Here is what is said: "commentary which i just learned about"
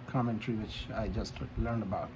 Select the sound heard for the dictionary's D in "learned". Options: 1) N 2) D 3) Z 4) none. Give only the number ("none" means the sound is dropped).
2